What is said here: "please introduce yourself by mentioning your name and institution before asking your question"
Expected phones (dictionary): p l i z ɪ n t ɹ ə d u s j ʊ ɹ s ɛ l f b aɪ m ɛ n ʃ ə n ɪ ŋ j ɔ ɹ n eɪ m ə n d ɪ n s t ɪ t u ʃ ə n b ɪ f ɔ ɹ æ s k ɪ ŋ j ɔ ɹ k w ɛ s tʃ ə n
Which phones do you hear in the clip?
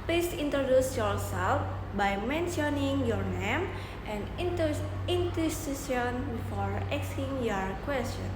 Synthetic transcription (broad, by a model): p l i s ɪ n t ɹ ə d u s j ʊ ɹ s ɛ l f b aɪ m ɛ n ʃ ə n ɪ ŋ j ɔ ɹ n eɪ m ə n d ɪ n t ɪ s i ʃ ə n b f ɔ ɹ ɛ s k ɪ ŋ j ɔ ɹ k w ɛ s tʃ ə n